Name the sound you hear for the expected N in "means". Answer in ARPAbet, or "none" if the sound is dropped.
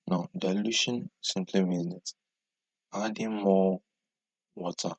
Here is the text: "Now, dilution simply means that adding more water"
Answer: none